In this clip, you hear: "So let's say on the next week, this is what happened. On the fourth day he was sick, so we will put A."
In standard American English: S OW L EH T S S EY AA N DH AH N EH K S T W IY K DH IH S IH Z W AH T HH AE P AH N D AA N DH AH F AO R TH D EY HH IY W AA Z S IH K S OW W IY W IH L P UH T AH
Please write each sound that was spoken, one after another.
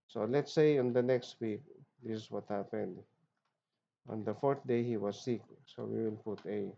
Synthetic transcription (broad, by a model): S OW L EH T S S EY AA N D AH N EH K S T W IY K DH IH S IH S W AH T HH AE P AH N D AA N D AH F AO R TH D EY HH IY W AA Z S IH K S OW W IY W IH L P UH T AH